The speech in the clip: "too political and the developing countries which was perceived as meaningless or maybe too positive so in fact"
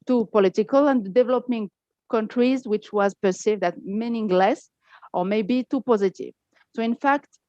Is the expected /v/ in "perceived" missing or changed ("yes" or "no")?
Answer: no